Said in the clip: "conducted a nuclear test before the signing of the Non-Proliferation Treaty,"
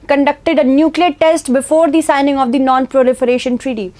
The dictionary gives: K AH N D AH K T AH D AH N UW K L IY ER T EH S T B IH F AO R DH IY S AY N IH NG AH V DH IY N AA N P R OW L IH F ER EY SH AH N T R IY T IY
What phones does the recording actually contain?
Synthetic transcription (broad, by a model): K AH N D AH K T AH D AH N UW K L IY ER T EH S T B IH F AO R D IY S AY N IH NG AH V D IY N AA N P R OW L IH F ER EY SH AH N T R IY T IY